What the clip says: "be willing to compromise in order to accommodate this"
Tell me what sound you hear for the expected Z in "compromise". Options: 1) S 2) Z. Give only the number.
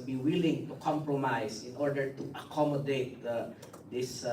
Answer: 1